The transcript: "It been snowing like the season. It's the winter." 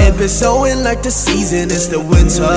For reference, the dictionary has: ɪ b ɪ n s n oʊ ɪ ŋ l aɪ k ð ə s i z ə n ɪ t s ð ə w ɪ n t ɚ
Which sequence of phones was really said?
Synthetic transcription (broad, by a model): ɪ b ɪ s oʊ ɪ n l aɪ k ð ə s i z ə n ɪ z ð ə w ɪ n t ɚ